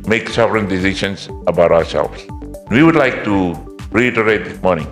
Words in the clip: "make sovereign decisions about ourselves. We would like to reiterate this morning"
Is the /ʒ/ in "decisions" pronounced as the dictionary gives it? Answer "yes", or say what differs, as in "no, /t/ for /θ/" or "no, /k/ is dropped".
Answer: no, /ʃ/ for /ʒ/